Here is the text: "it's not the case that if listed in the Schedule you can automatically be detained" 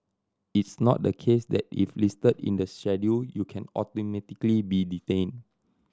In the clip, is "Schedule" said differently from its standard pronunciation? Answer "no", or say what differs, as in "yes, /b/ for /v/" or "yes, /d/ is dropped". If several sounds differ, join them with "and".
yes, /k/ is dropped